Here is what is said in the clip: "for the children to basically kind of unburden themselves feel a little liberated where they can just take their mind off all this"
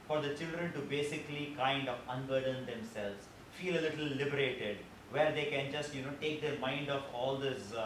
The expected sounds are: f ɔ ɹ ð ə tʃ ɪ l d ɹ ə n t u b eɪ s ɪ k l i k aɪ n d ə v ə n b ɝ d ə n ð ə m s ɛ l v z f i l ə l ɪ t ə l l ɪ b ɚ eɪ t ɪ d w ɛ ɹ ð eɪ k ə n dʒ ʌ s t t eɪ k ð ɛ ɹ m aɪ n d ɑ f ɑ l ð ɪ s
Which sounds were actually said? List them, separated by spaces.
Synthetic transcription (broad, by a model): f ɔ ɹ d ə tʃ ɪ l d ɹ ə n t u b eɪ s ɪ k l i k aɪ n d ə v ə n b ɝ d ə n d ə m s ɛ l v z f i l ə l ɪ t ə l l ɪ b ɚ eɪ t ɪ d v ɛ ɹ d eɪ k ə n dʒ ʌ s t t eɪ k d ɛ ɹ m aɪ n d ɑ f ɑ l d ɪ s